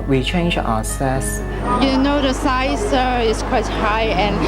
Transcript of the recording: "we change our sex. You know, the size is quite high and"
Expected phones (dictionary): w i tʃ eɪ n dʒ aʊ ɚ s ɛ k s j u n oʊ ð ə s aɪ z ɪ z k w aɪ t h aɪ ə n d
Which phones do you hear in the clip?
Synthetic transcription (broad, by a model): w i tʃ eɪ n dʒ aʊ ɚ s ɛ s j u n oʊ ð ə s aɪ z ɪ s k w aɪ t h aɪ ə n